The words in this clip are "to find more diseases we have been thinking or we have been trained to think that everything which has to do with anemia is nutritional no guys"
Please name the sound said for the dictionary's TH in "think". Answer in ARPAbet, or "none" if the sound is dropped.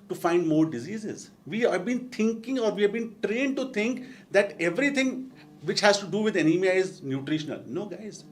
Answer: T